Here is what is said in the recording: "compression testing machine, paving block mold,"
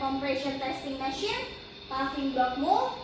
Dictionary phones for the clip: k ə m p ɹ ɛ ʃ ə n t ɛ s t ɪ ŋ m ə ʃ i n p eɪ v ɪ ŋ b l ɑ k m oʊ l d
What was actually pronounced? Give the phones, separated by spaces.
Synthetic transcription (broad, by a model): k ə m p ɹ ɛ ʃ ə n t ɛ s t ɪ ŋ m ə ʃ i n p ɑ f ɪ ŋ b ɑ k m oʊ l